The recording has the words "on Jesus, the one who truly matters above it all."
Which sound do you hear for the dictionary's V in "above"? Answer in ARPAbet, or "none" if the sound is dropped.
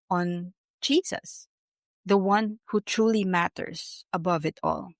V